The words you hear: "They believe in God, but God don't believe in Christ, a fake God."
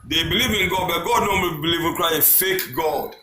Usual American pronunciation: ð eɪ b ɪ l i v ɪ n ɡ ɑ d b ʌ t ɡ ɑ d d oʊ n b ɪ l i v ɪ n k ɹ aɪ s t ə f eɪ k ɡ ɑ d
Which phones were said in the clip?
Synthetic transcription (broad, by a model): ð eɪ b ɪ l i v ɪ n ɡ ɑ d b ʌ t ɡ ɑ d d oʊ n b ɪ l i v ɪ n k ɹ aɪ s ə f eɪ k ɡ ɑ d